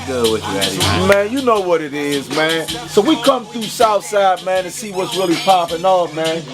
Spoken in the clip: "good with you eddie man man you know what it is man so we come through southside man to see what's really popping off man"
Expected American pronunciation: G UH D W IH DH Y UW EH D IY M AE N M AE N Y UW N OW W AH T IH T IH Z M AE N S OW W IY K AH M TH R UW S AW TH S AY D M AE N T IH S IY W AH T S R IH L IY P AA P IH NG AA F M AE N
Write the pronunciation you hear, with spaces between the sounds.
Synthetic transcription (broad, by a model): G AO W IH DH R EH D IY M M AE N Y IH N OW W AH T IH T IH Z M AE N S OW W IY K AH M TH R UW S AW TH S AY D M AE N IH S IY W AH T S R IH L IY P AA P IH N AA M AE N